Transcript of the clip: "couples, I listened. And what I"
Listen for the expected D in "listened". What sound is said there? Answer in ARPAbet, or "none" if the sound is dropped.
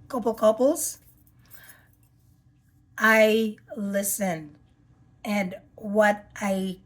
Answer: none